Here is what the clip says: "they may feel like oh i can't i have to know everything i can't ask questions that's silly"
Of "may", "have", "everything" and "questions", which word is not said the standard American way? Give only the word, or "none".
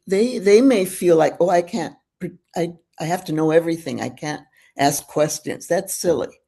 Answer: have